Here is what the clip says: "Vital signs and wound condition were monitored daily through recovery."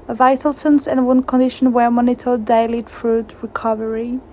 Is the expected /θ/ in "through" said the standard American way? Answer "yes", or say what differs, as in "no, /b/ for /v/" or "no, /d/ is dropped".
no, /f/ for /θ/